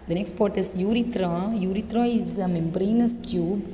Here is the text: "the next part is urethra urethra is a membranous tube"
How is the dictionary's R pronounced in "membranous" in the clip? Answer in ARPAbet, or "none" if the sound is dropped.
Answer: R